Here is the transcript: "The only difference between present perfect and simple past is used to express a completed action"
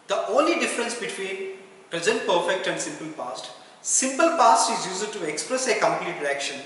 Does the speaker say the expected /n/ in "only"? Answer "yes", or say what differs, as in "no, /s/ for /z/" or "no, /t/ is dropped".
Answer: yes